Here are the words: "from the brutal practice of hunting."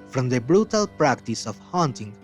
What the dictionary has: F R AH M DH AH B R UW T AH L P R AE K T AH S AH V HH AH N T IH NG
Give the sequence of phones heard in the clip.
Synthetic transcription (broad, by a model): F R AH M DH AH B R UW T AH L P R AE K T AH S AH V HH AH N T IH NG